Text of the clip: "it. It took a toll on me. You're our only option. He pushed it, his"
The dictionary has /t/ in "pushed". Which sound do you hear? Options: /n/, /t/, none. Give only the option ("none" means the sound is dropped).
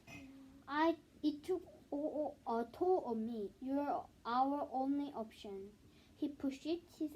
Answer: none